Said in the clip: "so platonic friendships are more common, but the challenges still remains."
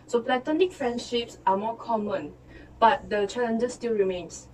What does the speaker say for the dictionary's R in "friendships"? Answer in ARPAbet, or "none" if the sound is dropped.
R